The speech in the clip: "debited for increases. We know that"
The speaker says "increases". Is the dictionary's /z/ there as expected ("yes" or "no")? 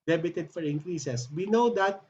no